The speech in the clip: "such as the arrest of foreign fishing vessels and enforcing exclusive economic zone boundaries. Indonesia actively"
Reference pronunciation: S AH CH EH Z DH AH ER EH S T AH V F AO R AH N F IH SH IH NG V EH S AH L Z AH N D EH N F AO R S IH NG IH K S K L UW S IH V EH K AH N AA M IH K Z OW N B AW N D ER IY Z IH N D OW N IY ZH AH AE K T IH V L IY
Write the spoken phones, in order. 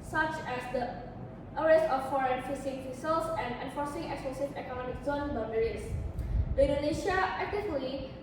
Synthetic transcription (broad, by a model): S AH CH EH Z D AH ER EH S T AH F AO R AH N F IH S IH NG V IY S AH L S AH N D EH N F AO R S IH NG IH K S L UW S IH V EH K AH N AA M IH K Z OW N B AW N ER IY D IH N D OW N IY SH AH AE K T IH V L IY